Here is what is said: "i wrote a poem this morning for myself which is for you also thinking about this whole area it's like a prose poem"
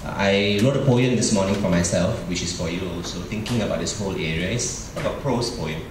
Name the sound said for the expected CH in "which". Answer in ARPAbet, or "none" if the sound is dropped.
CH